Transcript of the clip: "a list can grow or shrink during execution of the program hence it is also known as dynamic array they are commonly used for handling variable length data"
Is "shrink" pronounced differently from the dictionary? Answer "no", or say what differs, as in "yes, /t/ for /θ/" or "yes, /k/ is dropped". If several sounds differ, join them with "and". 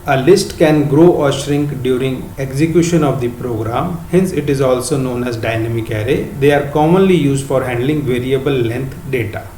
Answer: no